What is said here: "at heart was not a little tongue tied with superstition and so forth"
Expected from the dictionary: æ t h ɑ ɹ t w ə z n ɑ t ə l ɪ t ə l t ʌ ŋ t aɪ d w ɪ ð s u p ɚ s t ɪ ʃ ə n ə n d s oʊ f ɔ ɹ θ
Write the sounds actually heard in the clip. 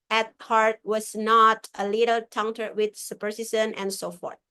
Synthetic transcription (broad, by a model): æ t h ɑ ɹ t w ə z n ɑ t ə l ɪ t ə l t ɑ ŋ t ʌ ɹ w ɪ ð s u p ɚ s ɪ s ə n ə n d s oʊ f ɔ ɹ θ